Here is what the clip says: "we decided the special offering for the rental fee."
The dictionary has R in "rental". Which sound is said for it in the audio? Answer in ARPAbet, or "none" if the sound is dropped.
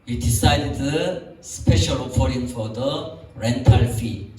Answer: R